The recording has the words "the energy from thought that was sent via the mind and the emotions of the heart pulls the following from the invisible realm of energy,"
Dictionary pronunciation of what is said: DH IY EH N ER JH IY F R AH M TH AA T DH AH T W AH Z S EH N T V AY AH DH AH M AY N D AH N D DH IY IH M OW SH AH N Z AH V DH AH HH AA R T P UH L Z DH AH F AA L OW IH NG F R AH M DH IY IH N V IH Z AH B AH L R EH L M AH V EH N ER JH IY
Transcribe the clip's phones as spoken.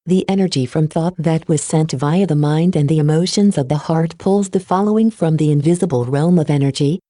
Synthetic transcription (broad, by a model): DH IY EH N ER JH IY F R AH M TH AA T DH AH T W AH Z S EH N T V AY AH DH AH M AY N D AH N DH IY IH M OW SH AH N Z AH V DH AH HH AA R T P UH L Z DH AH F AA L OW IH NG F R AH M DH IY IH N V IH Z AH B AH L R EH L M AH V EH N ER JH IY